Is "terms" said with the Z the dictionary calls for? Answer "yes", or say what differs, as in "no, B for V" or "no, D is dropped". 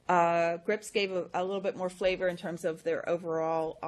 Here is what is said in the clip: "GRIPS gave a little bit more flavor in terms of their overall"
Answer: yes